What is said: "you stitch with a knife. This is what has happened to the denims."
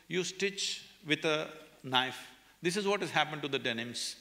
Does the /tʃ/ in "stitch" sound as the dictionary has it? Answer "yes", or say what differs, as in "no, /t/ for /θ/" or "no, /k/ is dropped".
yes